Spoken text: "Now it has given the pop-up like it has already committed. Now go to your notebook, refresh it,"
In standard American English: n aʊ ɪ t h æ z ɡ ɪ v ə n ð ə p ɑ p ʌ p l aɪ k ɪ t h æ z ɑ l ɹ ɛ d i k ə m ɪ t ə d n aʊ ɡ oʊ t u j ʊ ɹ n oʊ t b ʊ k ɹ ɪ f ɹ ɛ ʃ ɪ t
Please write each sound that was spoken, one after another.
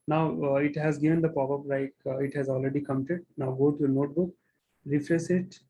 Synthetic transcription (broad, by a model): n aʊ ɪ t h æ z ɡ ɪ v ə n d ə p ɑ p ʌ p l aɪ k ɪ t h æ z ɑ l ɹ ɛ d i k ə m ɪ t ə d n aʊ ɡ oʊ t u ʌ n oʊ t b ʊ k ɹ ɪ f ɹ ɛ s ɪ t